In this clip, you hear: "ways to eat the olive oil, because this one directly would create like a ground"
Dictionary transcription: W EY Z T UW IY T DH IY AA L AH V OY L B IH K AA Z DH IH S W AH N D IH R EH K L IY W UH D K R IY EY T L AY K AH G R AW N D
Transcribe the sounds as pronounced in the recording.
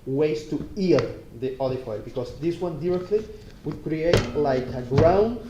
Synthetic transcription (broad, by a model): W EY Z T UW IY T DH IY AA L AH F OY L B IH K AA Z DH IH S W AH N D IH R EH K L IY W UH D K R IY EY T L AY K AH G R AW N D